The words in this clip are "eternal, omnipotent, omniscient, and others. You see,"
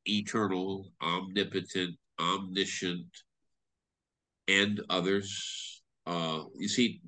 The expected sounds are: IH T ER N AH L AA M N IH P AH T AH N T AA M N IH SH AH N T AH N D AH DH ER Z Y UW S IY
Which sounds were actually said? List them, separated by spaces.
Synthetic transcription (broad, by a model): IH T ER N L AA M N IH P AH T AH N T AA M N IH SH AH N T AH N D AH DH ER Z Y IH S IY